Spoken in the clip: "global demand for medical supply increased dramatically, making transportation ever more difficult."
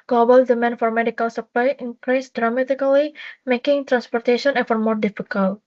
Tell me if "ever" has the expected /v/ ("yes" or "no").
no